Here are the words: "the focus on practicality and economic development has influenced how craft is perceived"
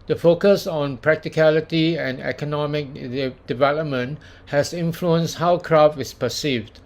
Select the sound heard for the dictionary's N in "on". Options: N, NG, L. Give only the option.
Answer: N